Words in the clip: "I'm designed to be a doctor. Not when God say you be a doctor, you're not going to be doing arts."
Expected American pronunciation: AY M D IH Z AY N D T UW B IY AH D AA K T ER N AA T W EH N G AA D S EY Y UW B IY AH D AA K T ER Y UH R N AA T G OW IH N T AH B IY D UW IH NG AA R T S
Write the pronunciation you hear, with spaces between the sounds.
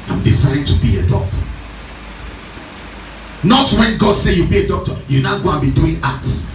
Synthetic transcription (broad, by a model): AY M D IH S AY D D T UW B IY AH D AA K T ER N AA T W EH N G AA D S EY Y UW B IY AH D AA K T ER Y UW N AA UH G OW IH N B IY D UW IH NG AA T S